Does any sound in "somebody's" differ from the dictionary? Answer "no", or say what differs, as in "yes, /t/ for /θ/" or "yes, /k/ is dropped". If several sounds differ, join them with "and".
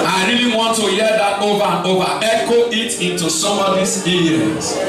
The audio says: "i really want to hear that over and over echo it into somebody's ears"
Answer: yes, /b/ is dropped